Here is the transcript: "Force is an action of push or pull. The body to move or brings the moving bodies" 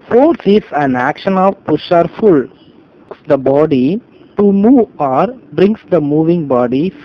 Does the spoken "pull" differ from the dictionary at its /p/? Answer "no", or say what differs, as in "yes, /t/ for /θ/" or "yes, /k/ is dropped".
yes, /f/ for /p/